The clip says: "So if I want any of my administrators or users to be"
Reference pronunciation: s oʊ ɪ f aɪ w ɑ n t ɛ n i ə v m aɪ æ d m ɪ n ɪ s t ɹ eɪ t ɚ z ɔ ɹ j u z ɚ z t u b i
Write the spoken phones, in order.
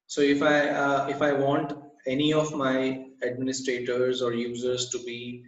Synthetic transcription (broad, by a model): s oʊ ɪ f aɪ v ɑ n t ɛ n i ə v m aɪ æ d m ɪ n ɪ s t ɹ eɪ t ɚ z ɔ ɹ j u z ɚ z t u b i